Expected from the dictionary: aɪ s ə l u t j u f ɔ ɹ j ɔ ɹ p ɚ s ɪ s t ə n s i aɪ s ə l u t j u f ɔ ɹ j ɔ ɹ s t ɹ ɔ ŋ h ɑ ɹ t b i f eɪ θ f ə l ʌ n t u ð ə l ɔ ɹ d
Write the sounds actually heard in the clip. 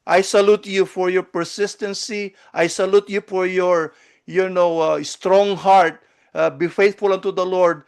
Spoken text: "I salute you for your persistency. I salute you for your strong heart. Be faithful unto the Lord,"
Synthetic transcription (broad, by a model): aɪ s ə l u t j u f ɔ ɹ j ɔ ɹ p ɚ s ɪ s t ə n s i aɪ s ə l u t j u f ɔ ɹ j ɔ ɹ s t ɹ ɔ ŋ h ɑ ɹ t b i f eɪ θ f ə l ʌ n t u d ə l ɔ ɹ d